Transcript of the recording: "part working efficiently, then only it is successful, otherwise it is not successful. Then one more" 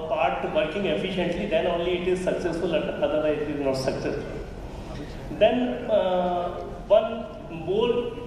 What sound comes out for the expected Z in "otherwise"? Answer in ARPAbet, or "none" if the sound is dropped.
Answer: none